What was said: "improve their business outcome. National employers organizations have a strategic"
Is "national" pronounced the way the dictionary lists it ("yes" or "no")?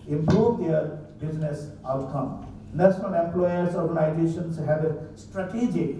no